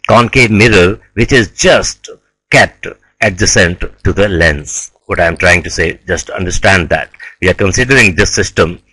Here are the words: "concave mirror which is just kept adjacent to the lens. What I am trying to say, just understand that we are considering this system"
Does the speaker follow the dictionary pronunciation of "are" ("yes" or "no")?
yes